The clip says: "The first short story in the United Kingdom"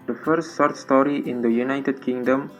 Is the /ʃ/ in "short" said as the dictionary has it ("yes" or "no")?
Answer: no